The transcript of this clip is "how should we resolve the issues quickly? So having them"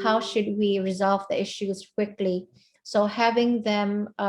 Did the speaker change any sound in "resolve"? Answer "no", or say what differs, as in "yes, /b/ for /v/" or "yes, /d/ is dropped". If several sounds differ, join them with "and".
no